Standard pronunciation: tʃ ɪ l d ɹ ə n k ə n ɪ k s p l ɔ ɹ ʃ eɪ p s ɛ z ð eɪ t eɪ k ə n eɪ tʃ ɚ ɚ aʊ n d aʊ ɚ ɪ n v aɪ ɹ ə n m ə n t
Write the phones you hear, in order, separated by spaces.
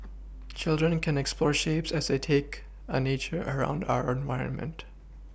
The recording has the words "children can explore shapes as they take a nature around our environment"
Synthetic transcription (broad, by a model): tʃ ɪ l d ɹ ə n k ə n ɪ k s p l ɔ ɹ ʃ eɪ p s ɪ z ð eɪ t eɪ k ə n eɪ tʃ ɚ ɚ aʊ n d aʊ ɚ ɪ n v aɪ ɹ ə n m ə n t